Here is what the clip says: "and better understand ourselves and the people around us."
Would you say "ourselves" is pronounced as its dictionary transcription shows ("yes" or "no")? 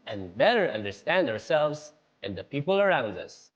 yes